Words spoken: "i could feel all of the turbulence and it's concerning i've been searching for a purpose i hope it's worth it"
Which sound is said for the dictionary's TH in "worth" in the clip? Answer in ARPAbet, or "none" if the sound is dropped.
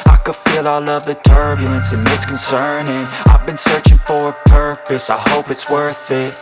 TH